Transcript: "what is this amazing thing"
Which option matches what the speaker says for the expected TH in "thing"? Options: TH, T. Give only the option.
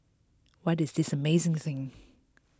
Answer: TH